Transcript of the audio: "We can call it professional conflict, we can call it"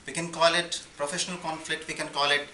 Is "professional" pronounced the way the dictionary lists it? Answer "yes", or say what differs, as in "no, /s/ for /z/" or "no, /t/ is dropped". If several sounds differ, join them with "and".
yes